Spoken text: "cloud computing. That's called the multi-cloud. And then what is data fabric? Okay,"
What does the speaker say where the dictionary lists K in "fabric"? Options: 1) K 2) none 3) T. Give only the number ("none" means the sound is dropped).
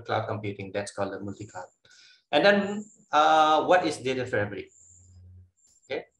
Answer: 2